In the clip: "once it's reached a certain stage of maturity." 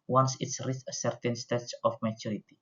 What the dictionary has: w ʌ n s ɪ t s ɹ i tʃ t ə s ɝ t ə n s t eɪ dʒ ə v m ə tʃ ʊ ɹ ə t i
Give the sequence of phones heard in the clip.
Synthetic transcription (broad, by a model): w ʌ n s ɪ t s ɹ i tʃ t ə s ɝ t ə n s t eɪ tʃ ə f m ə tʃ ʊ ɹ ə t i